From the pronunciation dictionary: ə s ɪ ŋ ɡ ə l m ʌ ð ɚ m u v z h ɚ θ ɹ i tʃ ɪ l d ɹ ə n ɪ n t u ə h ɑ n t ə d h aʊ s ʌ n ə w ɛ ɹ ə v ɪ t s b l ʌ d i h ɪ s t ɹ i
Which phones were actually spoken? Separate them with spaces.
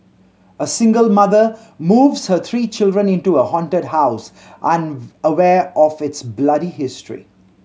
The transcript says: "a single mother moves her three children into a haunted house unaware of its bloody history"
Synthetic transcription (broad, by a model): ə s ɪ ŋ ɡ ə l m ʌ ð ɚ m u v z h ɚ t ɹ i tʃ ɪ l d ɹ ə n ɪ n t u ə h ɑ n t ə d h aʊ s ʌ n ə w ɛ ɹ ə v ɪ t s b l ʌ d i h ɪ s t ɹ i